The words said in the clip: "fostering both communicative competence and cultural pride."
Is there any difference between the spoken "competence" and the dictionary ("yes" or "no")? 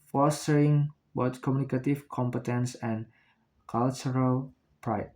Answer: no